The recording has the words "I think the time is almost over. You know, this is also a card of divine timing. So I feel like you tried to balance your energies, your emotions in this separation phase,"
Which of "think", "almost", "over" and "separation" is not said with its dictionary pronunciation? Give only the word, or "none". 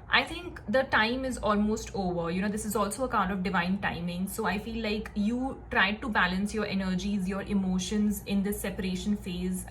think